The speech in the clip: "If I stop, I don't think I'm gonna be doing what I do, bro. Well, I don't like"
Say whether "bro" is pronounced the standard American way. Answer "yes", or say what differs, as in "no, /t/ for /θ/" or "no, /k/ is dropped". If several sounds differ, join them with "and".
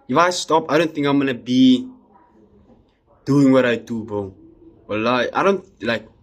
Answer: no, /ɹ/ is dropped